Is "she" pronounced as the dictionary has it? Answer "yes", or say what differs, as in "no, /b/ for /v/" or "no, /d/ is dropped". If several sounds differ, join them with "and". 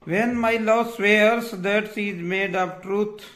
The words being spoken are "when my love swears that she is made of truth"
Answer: no, /s/ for /ʃ/